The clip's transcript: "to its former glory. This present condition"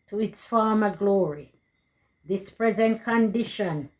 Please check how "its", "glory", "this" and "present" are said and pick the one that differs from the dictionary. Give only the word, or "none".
none